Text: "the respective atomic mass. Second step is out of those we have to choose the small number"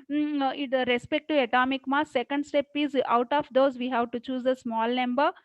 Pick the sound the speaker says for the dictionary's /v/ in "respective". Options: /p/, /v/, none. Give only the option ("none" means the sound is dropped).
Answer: none